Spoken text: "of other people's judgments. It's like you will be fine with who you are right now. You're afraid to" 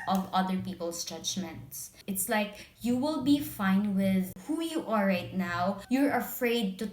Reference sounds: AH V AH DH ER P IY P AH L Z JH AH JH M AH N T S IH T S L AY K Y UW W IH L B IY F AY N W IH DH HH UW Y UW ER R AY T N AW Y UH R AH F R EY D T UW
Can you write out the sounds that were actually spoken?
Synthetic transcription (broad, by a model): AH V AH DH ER P IY P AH L S JH AH JH M AH N T S IH T S L AY K Y UW W IH L B IY F AY N W IH DH HH UW Y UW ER R AY T N AW Y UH R AH F R EY D T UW